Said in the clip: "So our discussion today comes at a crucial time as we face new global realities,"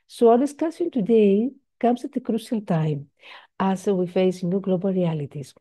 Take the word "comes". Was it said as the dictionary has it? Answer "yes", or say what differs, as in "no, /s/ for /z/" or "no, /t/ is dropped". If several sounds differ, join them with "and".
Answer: no, /s/ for /z/